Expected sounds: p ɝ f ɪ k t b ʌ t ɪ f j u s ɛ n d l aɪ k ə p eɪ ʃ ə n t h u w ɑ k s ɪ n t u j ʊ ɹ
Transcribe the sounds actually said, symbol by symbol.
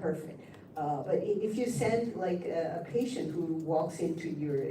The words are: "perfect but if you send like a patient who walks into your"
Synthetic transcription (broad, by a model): ɝ f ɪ k t b ʌ t ɪ f j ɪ s ɛ n d l aɪ k ə p eɪ ʃ ə n t h u w ɑ k s ɪ n t u j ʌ ɹ